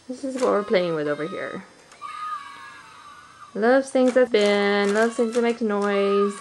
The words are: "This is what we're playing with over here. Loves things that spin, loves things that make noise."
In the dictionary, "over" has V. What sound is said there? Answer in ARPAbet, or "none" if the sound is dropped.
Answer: V